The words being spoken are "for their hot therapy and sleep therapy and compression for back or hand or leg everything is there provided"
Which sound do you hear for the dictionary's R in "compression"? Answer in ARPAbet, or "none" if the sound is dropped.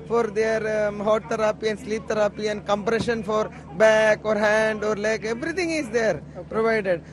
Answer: R